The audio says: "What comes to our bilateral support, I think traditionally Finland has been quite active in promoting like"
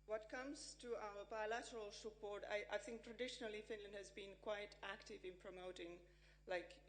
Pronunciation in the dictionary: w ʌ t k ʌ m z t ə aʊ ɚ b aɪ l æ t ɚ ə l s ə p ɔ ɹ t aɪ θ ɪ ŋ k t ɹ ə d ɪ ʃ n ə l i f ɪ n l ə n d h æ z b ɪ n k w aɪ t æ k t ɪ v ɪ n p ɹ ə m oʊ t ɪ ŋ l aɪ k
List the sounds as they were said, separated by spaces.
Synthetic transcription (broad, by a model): w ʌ t k ʌ m z t ə aʊ ɚ b aɪ l æ t ɚ ə l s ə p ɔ ɹ t aɪ θ ɪ ŋ k t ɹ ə d ɪ ʃ n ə l i f ɪ n l ə n d h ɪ z b ɪ n k w aɪ t æ k t ɪ v ɪ n p ɹ ə m oʊ t ɪ ŋ l aɪ k